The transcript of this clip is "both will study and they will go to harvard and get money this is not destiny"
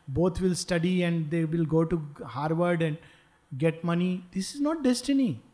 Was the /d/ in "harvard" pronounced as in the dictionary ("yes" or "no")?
yes